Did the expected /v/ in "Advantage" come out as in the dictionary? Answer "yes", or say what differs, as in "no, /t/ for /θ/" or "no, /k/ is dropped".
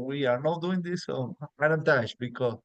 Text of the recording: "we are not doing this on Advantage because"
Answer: no, /v/ is dropped